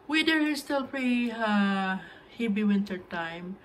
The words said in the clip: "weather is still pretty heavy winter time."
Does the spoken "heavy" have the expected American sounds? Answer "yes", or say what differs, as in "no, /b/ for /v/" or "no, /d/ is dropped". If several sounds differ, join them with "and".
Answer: no, /b/ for /v/